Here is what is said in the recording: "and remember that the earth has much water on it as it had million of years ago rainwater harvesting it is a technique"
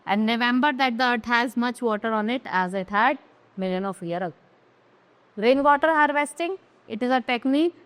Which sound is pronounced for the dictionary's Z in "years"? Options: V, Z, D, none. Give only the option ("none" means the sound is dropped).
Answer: none